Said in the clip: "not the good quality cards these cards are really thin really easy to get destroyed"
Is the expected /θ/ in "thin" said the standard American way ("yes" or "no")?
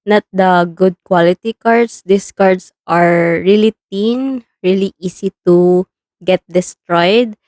no